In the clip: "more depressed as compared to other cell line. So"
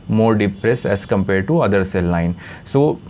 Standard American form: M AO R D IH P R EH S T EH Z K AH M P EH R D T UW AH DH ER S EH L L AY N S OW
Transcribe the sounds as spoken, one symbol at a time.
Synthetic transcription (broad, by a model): M AO R D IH P R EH S EH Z K AH M P EH R D T UW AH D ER S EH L L AY N S OW